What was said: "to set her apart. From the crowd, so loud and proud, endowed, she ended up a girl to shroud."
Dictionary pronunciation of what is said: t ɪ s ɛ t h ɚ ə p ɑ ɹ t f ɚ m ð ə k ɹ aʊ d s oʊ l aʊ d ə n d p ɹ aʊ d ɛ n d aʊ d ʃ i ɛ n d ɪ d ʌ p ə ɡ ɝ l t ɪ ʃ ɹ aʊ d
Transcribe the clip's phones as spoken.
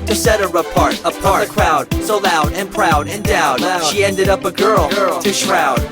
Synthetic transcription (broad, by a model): t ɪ s ɛ t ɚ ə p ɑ ɹ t p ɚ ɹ ð ə k ɹ aʊ d s oʊ l aʊ d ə n p ɹ aʊ d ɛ n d aʊ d ʃ i ɛ n d ɪ d ʌ p ə ɡ ɝ l t ɪ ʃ ɹ aʊ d